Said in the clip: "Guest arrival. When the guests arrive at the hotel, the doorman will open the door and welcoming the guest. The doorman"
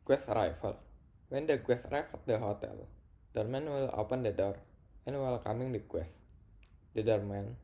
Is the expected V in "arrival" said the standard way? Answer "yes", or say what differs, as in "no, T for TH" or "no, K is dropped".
no, F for V